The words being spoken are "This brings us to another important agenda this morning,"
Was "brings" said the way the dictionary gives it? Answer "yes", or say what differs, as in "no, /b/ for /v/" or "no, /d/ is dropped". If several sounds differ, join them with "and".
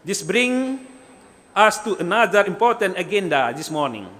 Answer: no, /z/ is dropped